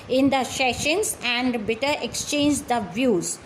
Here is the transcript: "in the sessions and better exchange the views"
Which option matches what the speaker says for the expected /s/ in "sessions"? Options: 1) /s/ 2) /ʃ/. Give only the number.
2